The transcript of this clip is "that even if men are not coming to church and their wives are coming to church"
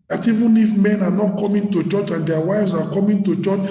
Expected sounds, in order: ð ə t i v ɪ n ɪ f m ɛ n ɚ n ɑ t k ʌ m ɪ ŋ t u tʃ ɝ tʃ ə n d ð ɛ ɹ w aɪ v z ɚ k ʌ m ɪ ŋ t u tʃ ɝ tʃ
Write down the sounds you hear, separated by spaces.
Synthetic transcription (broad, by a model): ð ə t i v ɪ n ɪ f m ɛ n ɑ n ɑ t k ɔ m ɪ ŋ t u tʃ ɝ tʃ ə n d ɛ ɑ w aɪ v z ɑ k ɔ m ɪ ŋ t u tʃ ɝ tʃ